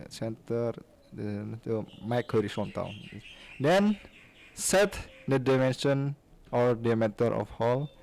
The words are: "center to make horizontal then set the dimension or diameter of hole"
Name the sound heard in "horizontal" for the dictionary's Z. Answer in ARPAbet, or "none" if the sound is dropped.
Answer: S